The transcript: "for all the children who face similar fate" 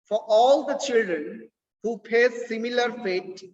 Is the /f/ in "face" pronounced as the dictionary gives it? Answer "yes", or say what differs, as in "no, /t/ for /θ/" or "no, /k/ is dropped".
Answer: no, /p/ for /f/